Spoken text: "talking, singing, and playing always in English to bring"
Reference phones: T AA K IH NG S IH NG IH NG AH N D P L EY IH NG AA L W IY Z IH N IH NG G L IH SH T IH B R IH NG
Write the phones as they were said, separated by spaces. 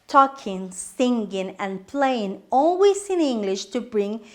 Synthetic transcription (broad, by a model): T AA K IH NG S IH NG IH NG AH N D P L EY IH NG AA L W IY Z IH N IH NG G L IH SH T IH B R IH NG